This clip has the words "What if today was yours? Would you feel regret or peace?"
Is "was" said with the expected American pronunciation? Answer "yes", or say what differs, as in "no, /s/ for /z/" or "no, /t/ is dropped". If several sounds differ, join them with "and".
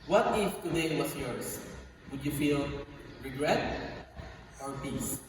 no, /s/ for /z/